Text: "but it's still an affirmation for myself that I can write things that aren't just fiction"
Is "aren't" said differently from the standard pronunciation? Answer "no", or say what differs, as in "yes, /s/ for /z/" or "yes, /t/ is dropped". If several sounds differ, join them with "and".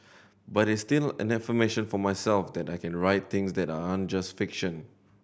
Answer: yes, /ɹ/ is dropped